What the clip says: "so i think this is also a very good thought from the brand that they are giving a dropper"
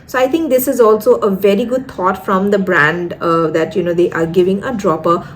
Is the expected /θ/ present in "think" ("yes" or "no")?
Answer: no